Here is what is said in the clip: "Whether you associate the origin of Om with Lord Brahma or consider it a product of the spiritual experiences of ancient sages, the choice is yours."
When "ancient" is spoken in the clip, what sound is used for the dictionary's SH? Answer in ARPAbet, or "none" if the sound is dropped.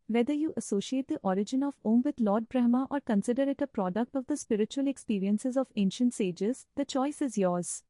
SH